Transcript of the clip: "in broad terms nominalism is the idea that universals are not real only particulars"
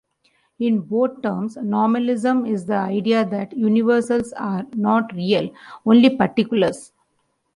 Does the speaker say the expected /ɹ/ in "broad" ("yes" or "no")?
no